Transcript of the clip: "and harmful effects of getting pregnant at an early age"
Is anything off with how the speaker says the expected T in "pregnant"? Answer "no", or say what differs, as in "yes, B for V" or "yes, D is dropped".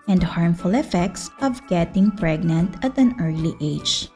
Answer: no